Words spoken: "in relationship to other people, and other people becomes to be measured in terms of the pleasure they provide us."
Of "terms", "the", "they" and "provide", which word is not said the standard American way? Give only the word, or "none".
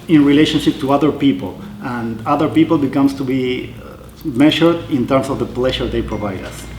terms